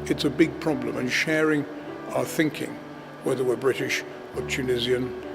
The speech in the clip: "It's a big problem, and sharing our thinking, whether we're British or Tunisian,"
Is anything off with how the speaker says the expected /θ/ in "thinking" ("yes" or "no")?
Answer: no